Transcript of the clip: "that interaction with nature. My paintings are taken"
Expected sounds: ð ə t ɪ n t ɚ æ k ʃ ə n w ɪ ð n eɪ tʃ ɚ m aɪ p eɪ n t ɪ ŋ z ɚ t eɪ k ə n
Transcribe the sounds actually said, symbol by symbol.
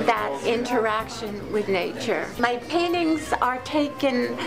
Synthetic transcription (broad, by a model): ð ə t ɪ n t ɚ æ k ʃ ə n w ɪ ð n eɪ tʃ ɚ m aɪ p eɪ n t ɪ ŋ z ɚ t eɪ k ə n